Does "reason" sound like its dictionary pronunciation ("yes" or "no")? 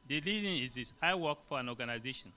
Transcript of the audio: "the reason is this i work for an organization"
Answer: no